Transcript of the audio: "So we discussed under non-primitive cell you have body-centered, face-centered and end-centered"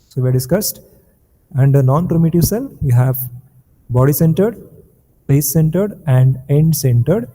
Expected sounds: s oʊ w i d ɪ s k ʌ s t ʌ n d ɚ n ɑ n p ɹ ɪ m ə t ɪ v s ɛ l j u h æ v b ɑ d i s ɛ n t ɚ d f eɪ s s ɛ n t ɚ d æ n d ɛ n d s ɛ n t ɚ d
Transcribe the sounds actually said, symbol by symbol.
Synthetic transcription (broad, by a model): s oʊ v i d ɪ s k ʌ s t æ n d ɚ n ɑ n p ɹ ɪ m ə t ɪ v s ɛ l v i h æ v b ɑ d i s ɛ n t ɚ d p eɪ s s ɛ n t ɚ d æ n d ɛ n d s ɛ n t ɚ d